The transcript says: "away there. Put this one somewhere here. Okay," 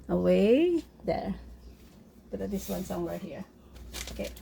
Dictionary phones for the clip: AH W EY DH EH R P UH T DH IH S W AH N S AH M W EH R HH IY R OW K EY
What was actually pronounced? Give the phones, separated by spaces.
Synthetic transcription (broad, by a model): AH W EY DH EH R B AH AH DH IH S W AH N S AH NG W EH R HH IY R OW K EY